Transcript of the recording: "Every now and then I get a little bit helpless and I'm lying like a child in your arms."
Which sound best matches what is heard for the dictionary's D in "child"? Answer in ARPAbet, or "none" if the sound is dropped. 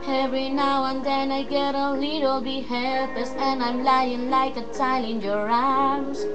none